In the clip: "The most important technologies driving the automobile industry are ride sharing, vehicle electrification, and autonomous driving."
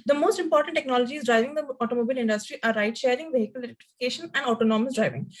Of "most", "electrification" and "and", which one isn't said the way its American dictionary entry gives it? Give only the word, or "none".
electrification